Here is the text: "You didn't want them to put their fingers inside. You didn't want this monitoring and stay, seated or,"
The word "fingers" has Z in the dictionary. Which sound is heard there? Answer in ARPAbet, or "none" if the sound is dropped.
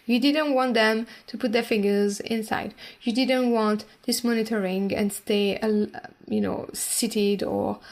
Z